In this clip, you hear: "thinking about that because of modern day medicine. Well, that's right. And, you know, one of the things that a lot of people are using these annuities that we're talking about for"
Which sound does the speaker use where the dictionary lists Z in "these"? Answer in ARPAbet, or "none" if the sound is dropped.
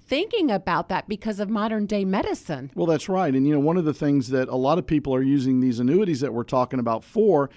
Z